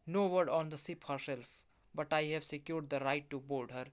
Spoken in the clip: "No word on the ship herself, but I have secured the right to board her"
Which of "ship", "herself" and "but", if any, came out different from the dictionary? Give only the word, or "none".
ship